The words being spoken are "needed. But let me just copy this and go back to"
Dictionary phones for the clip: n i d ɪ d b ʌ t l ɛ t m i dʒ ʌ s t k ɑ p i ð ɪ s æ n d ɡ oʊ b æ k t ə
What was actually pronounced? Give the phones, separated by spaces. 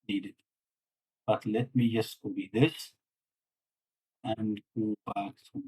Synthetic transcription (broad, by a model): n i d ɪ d b ʌ t l ɛ t m i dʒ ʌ s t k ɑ b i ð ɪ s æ n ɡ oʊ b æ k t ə